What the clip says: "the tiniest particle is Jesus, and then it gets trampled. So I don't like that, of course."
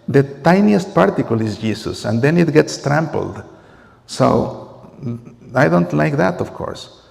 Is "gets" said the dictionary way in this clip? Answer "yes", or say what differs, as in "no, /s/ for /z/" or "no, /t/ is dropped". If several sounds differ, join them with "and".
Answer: yes